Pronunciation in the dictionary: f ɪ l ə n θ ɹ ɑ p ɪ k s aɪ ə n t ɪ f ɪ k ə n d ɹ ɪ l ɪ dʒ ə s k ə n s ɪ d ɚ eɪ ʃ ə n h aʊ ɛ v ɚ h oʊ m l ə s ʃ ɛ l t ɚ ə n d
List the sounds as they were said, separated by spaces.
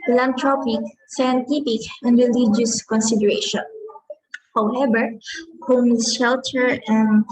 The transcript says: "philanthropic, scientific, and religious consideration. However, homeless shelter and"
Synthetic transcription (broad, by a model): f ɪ l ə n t ɹ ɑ p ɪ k s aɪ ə n t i p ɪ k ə n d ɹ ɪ l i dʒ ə s k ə n s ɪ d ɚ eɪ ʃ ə n h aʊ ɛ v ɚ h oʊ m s ʃ ɛ l t ɚ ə n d